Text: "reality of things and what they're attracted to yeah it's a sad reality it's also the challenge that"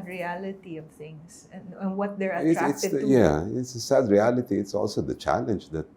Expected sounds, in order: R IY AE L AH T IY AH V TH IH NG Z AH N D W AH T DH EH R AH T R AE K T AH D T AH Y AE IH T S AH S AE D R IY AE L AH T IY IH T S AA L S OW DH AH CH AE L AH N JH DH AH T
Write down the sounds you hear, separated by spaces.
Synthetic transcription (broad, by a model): R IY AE L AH T IY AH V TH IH NG S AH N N W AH T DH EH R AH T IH T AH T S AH Y AE IH T S AH S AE D R IY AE L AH T IY IH T S AA L S OW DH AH CH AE L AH N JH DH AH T